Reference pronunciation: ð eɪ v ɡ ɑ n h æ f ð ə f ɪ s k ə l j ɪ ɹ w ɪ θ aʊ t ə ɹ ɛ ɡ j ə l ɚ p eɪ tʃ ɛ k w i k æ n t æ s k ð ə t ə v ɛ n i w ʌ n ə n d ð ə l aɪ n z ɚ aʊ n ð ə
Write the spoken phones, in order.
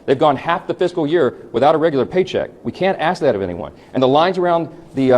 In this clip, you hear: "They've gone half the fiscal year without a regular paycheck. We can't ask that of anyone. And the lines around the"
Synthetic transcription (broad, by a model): ð eɪ v ɡ ɑ n h æ f ð ə f ɪ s k l j ɪ ɹ w ɪ θ aʊ t ə ɹ ɛ ɡ j l ɚ p eɪ tʃ ɛ k w i k æ n t æ s k ð ə t ə v ɛ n i w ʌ n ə n ð ə l aɪ n z ɚ aʊ n ð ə